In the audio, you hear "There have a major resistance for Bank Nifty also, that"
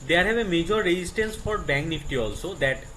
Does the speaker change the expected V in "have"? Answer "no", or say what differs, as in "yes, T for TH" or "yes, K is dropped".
yes, B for V